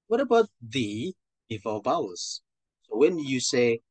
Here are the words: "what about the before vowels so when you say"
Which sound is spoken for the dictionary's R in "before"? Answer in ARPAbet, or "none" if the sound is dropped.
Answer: L